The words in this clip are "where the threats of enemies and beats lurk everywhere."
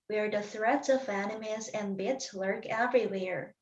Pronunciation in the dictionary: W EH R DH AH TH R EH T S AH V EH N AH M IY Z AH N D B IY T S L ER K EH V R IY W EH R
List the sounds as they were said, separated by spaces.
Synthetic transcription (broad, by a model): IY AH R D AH TH R EH T S AH V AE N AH M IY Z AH N B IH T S L ER K EH V R IY W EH R